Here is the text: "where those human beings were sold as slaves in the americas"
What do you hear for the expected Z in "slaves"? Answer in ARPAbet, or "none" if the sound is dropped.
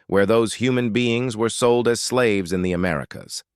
Z